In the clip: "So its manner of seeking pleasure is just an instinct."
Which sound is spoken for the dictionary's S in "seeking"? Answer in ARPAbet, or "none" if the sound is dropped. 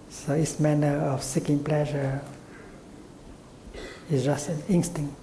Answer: S